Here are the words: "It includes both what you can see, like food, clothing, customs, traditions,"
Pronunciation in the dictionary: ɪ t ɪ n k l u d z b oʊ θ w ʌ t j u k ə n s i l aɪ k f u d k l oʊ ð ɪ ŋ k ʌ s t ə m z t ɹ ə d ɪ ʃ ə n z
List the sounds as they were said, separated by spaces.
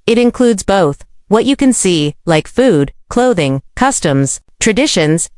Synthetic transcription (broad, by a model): ɪ t ɪ n k l u d z b oʊ θ w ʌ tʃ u k ə n s i l aɪ k f u d k l oʊ ð ɪ ŋ k ʌ s t ə m z t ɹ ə d ɪ ʃ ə n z